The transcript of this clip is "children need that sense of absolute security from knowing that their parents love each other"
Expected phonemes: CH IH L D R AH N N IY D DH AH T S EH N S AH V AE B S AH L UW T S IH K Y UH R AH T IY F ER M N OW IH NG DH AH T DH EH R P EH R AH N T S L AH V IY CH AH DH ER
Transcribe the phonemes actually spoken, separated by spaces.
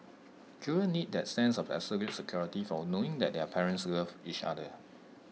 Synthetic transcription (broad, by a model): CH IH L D AH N N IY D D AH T S EH N S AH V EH S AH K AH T S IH K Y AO R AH T IY F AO N OW IH NG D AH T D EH P EH R AH N T S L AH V IY CH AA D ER